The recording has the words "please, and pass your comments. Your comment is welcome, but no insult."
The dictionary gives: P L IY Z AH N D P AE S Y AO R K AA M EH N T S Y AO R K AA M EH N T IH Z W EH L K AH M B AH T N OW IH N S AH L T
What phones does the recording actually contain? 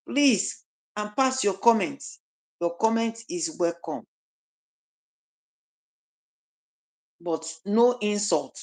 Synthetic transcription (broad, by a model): P L IY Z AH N P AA S Y AO K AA M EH N T Y AO K AA M EH N T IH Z W EH L K AH M B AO T N OW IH N S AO L T